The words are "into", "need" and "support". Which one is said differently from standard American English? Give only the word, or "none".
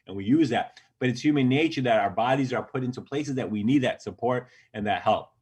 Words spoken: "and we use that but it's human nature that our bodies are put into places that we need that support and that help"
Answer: none